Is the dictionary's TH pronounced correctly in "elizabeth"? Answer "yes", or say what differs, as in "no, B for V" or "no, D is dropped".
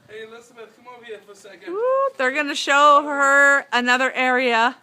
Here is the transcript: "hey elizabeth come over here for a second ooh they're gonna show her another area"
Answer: no, T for TH